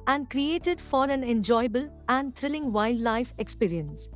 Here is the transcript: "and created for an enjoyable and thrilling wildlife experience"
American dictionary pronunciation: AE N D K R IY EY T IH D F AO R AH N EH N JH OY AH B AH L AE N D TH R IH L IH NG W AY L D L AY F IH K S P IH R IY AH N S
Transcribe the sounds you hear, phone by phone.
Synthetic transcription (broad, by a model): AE N D K R IY EY T IH D F AO R AH N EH N JH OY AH B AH L AE N D T R IH L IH NG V AY L D L AY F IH K S P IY R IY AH N S